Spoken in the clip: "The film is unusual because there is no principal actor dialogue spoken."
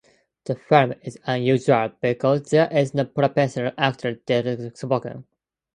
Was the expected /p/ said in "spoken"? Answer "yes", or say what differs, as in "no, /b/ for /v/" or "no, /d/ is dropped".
no, /b/ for /p/